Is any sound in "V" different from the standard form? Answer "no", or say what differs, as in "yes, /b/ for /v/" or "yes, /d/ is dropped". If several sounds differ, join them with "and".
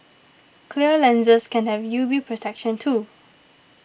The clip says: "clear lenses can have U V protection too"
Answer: yes, /b/ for /v/